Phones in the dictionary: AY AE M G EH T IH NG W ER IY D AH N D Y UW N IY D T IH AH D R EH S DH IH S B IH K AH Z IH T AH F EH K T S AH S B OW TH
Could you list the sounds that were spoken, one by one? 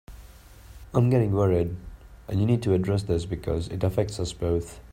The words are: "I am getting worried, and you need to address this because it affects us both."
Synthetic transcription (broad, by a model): AY M G EH T IH NG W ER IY D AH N Y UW N IY D T IH AH D R EH S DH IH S B IH K AH Z IH T AH F EH K T S AH S B OW TH